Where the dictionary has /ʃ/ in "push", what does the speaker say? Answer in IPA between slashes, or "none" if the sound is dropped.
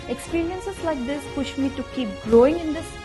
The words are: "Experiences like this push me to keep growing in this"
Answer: /ʃ/